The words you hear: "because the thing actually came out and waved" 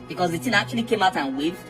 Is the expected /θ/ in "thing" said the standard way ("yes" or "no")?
no